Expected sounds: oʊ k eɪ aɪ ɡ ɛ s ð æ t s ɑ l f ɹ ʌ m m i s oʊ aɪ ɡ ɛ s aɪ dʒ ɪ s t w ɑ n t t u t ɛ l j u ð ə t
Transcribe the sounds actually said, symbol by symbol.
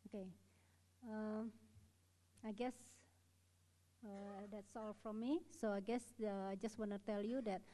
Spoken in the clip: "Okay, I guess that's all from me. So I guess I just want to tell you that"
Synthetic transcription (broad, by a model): oʊ k eɪ aɪ ɡ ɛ s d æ t s ɑ l f ɹ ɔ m m i s oʊ aɪ ɡ ɛ s aɪ dʒ ɪ s t w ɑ n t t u t ɛ l j u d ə t